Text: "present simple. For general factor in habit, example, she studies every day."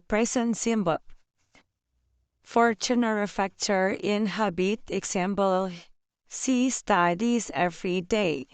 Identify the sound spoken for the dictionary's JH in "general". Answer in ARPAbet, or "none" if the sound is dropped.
CH